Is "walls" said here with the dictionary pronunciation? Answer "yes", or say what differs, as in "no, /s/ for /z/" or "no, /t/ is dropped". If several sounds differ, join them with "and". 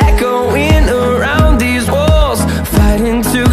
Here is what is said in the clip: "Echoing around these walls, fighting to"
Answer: yes